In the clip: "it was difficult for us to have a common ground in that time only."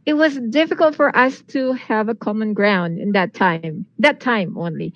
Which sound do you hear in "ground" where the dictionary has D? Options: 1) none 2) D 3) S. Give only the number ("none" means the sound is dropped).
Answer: 2